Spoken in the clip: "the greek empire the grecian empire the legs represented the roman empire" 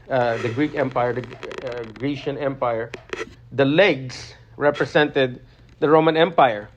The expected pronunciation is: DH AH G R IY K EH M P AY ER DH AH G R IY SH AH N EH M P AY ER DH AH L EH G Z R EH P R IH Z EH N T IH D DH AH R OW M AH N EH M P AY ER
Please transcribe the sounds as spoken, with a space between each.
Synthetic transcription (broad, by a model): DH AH G R IY K EH M P AY ER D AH G R IY SH AH N EH M P AY ER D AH L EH G S R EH P R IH S EH N T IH D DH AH R OW M AH N EH M P AY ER